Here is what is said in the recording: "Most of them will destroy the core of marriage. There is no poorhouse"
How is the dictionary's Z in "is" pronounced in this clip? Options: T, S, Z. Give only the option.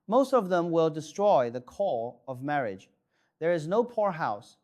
Z